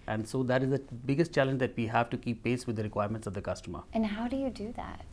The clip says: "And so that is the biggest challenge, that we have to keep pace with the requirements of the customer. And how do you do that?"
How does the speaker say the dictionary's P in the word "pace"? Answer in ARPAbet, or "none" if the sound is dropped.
P